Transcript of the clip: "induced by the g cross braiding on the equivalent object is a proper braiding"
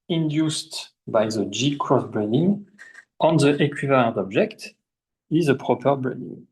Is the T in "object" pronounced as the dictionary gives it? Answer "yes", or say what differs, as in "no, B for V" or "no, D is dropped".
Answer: yes